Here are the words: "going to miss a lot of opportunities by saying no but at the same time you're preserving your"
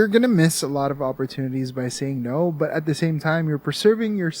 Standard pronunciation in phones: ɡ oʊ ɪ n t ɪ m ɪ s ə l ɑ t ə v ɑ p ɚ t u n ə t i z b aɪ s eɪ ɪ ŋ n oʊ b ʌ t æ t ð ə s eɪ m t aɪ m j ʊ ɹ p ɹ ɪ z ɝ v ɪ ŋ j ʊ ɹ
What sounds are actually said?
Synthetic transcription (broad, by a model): ɡ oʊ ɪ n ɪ m ɪ s ə l ɑ t ə v ɑ p ɚ t u n ə t i z b aɪ s eɪ ɪ ŋ n oʊ b ʌ t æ t ð ə s eɪ m t aɪ m j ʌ ɹ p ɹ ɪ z ɝ v ɪ ŋ j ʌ ɹ